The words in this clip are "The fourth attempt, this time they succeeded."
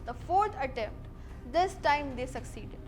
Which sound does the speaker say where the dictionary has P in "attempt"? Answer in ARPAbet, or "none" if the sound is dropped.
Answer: P